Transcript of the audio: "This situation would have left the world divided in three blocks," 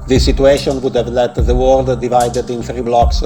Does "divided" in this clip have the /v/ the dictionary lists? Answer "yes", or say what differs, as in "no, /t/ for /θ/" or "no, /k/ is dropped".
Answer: yes